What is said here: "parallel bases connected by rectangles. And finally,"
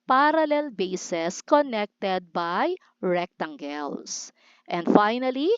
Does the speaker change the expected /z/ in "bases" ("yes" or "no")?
yes